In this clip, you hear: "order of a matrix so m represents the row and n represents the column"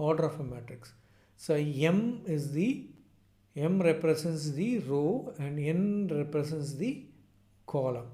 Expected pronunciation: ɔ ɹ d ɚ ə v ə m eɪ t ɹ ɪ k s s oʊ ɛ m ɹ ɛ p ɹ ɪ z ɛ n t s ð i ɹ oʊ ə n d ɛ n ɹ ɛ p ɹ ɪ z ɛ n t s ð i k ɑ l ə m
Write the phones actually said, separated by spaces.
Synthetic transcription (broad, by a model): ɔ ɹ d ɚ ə f ə m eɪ t ɪ k s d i ɛ m ɹ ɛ p ɹ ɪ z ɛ n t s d i ɹ oʊ ə n d ɛ n ɹ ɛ p ɹ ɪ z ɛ n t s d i k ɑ l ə m